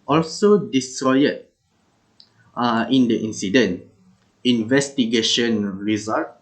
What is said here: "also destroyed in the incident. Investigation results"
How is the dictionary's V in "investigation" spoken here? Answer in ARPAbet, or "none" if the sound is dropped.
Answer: V